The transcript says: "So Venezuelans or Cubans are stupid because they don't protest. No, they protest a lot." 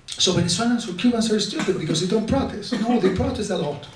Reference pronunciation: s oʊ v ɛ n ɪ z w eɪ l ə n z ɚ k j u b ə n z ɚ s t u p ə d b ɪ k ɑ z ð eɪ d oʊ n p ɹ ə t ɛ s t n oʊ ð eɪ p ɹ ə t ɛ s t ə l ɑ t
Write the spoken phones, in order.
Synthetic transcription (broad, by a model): s oʊ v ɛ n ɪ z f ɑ n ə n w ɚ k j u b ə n s ɚ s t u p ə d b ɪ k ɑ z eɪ d oʊ n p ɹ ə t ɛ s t n oʊ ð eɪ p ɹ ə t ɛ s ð ə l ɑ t